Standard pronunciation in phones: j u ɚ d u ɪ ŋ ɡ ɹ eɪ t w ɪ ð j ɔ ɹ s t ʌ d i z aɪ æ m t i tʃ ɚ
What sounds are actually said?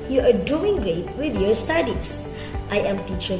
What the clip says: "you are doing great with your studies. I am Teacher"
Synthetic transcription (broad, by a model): j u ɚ d u ɪ ŋ ɡ ɹ eɪ t w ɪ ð j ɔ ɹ s t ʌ d i s aɪ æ m t i tʃ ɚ